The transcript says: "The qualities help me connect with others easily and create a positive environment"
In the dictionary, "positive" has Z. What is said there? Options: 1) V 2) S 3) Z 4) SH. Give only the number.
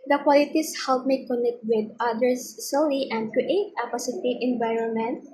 2